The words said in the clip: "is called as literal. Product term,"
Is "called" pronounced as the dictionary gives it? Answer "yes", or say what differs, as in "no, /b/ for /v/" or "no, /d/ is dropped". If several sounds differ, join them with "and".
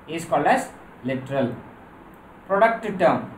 no, /d/ is dropped